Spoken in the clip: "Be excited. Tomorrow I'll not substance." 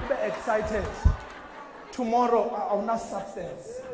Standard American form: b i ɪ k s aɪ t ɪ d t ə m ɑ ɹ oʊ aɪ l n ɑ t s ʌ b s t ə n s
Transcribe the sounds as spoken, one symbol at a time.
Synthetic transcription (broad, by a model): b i ɪ k s aɪ t ɪ d t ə m ɑ ɹ oʊ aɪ w n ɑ s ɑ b s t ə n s